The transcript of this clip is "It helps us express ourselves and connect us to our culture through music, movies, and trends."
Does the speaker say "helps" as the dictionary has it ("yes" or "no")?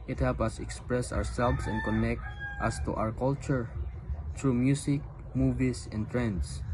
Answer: no